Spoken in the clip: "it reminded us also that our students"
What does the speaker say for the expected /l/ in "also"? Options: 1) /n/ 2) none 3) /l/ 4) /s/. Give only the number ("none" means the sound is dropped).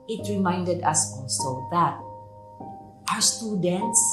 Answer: 1